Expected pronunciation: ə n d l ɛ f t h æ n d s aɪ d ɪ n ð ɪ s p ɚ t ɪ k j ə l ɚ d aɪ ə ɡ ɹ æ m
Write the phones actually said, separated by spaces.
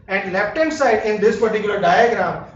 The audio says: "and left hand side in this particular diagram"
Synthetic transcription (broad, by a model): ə n d l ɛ p t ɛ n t s aɪ d ɪ n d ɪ s p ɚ t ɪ k j l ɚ d aɪ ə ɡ ɹ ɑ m